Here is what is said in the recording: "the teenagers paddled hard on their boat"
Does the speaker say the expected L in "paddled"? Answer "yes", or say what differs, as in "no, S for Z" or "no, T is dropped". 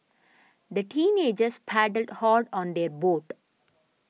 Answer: yes